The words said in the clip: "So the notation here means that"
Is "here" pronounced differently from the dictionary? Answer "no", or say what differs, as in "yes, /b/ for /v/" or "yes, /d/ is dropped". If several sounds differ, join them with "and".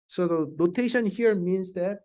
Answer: no